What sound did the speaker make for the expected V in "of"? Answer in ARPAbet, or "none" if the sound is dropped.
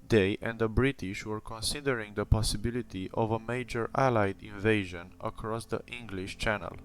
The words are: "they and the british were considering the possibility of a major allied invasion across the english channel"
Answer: V